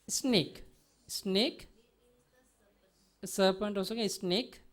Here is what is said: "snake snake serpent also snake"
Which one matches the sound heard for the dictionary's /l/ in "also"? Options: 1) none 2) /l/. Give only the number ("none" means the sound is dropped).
1